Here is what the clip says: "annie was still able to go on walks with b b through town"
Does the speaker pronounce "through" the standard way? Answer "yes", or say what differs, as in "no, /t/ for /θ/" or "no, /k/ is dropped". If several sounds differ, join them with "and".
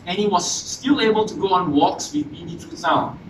no, /t/ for /θ/